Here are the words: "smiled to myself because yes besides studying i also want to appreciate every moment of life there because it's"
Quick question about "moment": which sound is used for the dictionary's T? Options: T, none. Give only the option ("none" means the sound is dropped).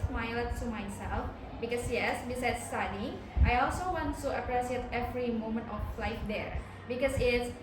T